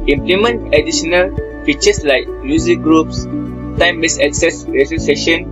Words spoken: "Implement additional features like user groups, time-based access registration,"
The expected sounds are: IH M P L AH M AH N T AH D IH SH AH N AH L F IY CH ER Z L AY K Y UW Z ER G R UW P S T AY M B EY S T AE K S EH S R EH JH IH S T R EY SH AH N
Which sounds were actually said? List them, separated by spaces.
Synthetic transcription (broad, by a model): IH M P L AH M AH N T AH D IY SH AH N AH L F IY CH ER S L AY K Y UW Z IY G R UW P S T AY M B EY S AE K S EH S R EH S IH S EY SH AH N